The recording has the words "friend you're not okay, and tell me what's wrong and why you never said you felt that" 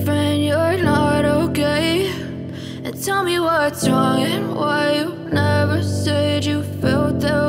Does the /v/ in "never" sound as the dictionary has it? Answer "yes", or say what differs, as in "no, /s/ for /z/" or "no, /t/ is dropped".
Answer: yes